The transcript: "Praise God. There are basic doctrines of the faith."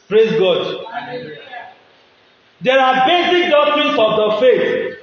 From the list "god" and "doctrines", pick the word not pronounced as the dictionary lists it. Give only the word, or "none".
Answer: doctrines